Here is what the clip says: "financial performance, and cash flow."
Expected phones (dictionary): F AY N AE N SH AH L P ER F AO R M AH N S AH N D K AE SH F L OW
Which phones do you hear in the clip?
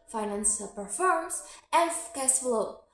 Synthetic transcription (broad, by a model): F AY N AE N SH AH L P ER F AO R M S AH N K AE S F L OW